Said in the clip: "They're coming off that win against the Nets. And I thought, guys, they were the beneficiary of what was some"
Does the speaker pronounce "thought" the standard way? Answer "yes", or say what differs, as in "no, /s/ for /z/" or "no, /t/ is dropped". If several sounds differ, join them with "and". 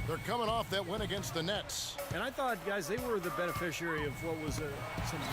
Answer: yes